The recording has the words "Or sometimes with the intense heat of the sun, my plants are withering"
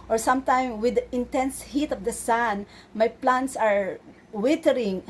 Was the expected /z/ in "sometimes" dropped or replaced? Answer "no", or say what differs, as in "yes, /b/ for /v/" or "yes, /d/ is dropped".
yes, /z/ is dropped